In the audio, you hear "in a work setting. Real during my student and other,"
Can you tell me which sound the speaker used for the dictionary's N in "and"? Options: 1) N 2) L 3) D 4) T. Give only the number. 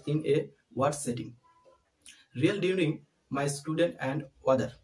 1